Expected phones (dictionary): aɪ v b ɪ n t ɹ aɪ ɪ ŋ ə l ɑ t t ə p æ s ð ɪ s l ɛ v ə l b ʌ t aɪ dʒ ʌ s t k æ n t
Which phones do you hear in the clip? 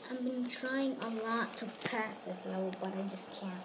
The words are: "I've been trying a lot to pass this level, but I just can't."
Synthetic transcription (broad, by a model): aɪ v b ɪ n t ɹ aɪ ɪ ŋ ə l ɑ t t ə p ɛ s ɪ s l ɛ ə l b ʌ t aɪ dʒ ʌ s k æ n